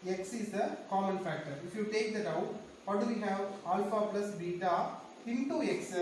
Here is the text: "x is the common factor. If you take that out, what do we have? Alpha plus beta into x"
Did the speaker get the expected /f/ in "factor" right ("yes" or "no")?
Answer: yes